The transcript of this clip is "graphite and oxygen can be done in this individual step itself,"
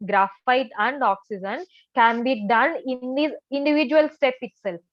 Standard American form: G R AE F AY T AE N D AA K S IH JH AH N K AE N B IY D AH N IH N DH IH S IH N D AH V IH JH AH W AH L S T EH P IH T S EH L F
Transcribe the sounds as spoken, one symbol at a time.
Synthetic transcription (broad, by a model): G R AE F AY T AE N D AA K S IH JH AH N K AE N B IY D AH N IH N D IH IH N D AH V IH JH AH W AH L S T EH P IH T S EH L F